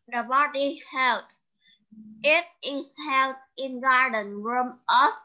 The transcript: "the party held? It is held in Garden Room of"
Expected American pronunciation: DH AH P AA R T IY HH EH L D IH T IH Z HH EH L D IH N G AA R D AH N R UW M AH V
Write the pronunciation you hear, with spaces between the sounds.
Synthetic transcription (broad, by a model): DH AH B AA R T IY HH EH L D IH T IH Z HH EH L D IH N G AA R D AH N R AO M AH